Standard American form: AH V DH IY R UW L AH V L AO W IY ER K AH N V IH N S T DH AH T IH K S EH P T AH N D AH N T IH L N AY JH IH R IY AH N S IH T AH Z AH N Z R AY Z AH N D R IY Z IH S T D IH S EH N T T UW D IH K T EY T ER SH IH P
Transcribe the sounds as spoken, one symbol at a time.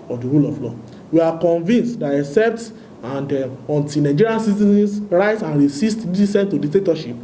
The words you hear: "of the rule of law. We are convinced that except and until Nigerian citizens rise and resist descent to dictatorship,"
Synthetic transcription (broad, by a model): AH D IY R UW L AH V L AO W IY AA K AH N V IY N S T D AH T IH K S EH P T AH N D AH N T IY N AY JH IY R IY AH N S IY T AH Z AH N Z R AY S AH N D R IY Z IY S T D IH S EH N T T UW D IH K T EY T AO SH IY P